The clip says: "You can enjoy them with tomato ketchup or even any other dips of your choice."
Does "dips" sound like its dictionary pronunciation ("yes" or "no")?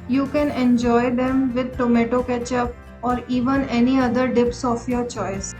yes